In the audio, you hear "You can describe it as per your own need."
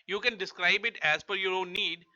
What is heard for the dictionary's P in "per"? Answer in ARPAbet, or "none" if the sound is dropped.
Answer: F